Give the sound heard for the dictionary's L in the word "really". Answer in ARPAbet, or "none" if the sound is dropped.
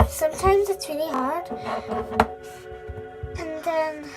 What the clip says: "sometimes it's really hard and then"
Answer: N